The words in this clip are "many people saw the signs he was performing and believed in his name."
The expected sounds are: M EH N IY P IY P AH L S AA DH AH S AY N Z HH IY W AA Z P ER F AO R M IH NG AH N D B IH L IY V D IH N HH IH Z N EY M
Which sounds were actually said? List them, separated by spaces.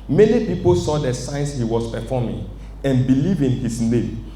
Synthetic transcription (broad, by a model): M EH N IY P IY P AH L S AA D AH S AY N S HH IY W AA S P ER F AO M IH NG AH N B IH L IY V IH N HH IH S N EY M